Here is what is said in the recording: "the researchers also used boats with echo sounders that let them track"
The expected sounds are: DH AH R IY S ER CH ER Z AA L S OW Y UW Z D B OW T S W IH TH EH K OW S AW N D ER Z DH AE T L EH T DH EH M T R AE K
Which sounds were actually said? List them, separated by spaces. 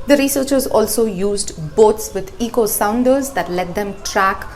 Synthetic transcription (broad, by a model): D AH R IY S ER CH ER Z AA L S OW Y UW Z D B OW T S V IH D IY K OW S AW N D ER Z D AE T L EH T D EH M T R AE K